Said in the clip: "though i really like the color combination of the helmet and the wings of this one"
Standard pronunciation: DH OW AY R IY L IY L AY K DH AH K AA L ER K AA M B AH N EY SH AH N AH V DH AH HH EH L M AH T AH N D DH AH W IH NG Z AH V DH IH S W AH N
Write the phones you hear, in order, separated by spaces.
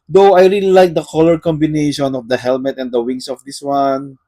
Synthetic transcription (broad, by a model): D OW AY R IY L IY L AY K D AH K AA L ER K AA M B AH N EY SH AH N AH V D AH HH EH L M AH T AH N D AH W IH NG S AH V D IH S W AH N